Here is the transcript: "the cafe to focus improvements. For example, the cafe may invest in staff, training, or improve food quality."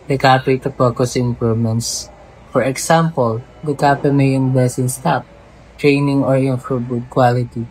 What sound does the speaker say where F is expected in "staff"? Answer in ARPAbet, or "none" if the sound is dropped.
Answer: P